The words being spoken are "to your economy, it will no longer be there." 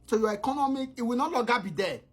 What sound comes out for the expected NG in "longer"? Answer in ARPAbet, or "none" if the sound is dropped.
none